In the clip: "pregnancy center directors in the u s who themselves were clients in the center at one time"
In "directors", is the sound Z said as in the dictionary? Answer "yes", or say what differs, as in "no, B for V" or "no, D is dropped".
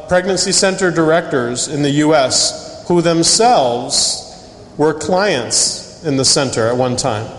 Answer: yes